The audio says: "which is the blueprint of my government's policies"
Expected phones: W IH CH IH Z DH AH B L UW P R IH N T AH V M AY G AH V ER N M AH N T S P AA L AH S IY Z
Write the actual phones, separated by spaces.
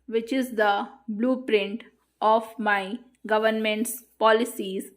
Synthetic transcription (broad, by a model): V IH CH IH Z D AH B L UW P R IH N T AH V M AY G AH V ER N M AH N T S P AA L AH S IY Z